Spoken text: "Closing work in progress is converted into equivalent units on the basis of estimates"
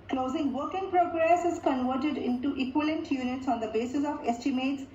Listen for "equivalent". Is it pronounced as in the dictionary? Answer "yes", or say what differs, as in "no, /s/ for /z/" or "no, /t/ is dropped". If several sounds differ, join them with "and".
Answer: no, /v/ is dropped